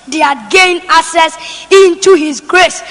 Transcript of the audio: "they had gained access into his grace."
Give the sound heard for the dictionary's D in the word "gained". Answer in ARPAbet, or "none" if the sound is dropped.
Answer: none